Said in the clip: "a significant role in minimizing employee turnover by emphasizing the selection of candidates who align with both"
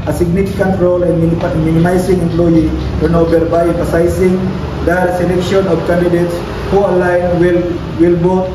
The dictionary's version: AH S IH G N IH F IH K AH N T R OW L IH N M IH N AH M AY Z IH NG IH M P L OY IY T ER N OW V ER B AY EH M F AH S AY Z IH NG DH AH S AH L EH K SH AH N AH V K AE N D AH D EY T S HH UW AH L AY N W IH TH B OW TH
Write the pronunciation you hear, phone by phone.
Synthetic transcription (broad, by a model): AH S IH G N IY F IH K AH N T R OW L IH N M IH N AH M AY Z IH NG IH M P L OY IY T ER N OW B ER B AY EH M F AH S AY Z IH NG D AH S AH L EH K SH AH N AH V K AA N D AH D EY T S HH UW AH L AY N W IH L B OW